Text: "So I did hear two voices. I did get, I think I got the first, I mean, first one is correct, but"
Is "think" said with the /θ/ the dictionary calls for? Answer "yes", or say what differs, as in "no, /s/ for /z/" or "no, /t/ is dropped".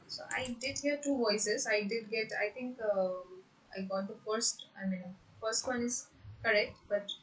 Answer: no, /t/ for /θ/